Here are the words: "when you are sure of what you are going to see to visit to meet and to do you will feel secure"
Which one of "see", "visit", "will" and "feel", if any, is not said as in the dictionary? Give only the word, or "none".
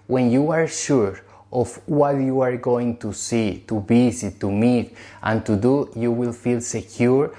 visit